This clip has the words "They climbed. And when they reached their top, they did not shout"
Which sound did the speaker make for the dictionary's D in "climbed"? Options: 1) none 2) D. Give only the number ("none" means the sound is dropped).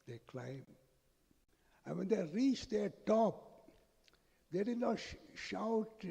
1